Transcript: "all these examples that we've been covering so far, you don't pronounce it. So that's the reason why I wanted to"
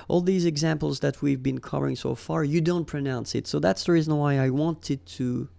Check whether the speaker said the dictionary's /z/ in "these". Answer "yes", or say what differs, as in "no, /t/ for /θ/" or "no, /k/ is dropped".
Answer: yes